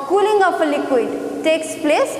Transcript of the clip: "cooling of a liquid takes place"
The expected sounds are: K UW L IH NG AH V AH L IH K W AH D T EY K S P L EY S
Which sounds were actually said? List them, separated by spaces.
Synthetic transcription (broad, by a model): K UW L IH NG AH P AH L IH K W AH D T EY K S P L EY S